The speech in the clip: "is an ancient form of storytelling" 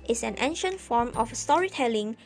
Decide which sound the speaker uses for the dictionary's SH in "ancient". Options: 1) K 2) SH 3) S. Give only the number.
2